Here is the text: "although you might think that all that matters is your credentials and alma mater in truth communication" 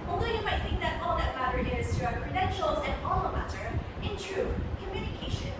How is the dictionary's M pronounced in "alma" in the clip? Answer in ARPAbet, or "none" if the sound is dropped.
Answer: none